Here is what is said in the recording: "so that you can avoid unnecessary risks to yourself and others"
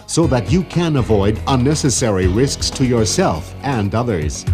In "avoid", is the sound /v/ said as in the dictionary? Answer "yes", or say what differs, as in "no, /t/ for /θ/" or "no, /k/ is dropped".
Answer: yes